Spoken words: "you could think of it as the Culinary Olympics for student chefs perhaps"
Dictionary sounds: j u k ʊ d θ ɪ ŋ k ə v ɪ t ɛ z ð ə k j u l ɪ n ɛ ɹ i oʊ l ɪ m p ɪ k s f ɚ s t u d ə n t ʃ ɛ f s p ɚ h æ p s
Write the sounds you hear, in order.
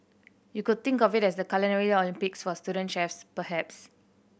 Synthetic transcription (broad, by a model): j u k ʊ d t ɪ ŋ k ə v ɪ t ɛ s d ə k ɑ l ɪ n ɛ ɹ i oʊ l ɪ m p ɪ k s f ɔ s t u d ə n t ʃ ɛ f s p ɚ h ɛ p s